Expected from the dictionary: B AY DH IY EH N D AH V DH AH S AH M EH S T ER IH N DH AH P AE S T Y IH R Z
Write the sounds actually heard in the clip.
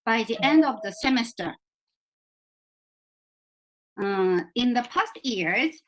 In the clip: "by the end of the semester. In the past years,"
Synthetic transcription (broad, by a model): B AY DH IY EH N D AH V DH AH S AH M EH S T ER IH N DH AH P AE S T Y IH R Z